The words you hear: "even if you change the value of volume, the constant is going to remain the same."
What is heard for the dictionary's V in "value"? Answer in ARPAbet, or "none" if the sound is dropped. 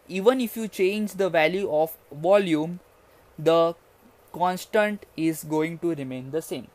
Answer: V